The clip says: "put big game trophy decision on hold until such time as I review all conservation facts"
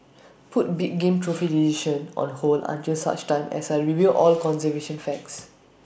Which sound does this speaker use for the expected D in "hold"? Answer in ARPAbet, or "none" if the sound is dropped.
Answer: none